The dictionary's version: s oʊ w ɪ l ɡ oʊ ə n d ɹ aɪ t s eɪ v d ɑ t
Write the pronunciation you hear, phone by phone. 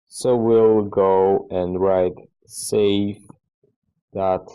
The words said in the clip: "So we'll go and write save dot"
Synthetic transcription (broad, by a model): s oʊ w ɪ l ɡ oʊ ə n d ɹ aɪ t s eɪ f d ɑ t